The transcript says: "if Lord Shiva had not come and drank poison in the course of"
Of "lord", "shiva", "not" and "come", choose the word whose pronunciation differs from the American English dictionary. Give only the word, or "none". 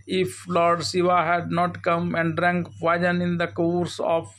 shiva